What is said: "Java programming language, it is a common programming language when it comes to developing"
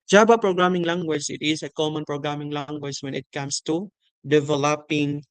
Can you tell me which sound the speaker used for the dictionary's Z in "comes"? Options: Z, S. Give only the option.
S